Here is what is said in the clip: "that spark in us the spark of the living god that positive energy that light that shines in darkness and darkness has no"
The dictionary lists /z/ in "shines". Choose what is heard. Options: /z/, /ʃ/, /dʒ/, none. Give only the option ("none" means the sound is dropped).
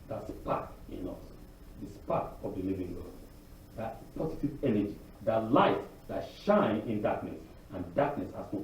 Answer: none